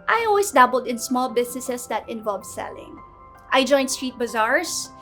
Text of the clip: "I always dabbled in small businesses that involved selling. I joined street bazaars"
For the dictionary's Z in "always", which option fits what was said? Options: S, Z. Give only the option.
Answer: S